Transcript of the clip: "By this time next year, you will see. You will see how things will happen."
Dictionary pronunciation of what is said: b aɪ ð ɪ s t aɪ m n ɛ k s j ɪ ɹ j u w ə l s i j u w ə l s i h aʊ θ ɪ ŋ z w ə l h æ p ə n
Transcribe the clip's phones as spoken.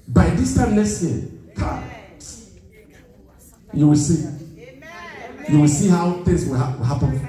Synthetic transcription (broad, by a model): b aɪ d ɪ s t aɪ m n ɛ s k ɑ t j u w ə l s i j u w ə l s i h aʊ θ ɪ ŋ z w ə w h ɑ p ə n